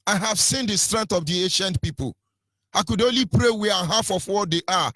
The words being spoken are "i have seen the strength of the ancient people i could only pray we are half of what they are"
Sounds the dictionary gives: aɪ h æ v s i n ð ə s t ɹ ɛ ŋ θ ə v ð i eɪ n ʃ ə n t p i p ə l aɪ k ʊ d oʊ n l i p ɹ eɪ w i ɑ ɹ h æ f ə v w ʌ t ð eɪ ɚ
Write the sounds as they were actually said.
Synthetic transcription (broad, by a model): aɪ h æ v s i n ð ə s t ɹ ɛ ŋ t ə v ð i eɪ n ʃ ə n t p i p ə l aɪ k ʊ d oʊ n l i p ɹ eɪ w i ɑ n h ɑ f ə f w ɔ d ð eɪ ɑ